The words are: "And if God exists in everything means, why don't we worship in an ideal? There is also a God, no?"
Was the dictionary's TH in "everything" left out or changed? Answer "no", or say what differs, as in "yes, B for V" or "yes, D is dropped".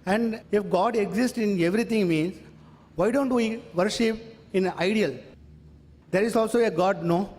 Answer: yes, T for TH